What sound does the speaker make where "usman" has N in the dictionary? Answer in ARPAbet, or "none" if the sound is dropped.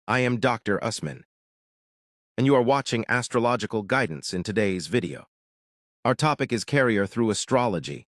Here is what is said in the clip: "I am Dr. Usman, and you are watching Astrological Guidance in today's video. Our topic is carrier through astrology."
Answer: N